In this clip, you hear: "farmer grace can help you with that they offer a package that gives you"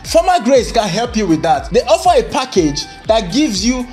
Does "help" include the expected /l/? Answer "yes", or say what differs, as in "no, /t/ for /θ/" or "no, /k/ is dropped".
yes